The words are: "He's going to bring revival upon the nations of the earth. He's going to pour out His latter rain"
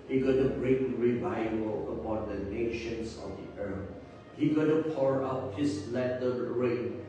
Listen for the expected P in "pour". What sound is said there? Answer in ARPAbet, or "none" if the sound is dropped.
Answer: P